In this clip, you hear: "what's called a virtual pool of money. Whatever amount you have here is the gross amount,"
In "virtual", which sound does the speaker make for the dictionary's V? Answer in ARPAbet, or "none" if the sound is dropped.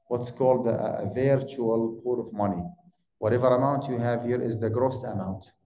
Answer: V